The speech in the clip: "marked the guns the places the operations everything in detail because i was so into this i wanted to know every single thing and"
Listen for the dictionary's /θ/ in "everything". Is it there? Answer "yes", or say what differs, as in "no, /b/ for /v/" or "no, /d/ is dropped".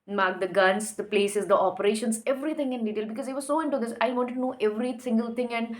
no, /t/ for /θ/